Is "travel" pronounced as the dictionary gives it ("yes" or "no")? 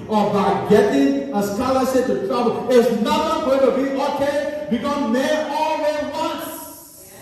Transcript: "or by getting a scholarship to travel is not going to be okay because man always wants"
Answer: no